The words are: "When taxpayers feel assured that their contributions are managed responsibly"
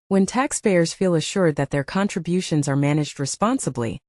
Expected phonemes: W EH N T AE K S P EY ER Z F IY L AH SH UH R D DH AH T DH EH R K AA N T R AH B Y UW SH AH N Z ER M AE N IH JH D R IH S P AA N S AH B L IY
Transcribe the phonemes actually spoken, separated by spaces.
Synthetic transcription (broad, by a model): W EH N T AE K S P EY ER Z F IY L AH SH UH R D DH AH T DH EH R K AA N T R AH B Y UW SH AH N Z ER M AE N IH JH D R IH S P AA N S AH B L IY